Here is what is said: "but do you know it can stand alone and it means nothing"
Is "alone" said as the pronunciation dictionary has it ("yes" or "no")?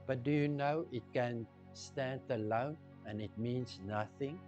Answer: yes